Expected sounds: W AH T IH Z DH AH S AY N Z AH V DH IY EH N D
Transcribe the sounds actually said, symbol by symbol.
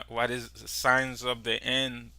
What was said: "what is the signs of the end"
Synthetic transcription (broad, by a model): W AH T IH Z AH S AY N Z AH V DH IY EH N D